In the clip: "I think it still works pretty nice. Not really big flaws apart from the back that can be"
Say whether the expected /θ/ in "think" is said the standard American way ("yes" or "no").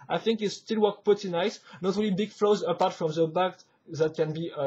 yes